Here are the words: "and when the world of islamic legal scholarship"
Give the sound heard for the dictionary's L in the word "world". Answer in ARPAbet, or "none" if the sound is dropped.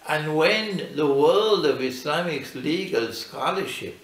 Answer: L